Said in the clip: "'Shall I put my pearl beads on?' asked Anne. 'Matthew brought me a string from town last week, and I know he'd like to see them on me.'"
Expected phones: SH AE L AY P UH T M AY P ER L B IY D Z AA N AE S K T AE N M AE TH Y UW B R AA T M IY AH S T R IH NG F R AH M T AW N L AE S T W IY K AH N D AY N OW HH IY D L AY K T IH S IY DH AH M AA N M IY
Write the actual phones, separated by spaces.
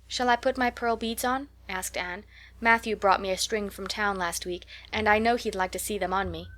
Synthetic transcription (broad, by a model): SH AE L AY P UH T M AY P ER L B IY D Z N AE S K T AE N M AE TH Y UW B R AA T M IY AH S T R IH NG F R AH M T AW N L AE S T W IY K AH N AY N OW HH IY D L AY K T IH S IY DH AH M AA N M IY